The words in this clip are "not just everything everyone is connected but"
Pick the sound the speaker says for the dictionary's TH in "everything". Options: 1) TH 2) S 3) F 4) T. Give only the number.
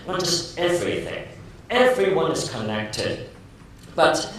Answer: 1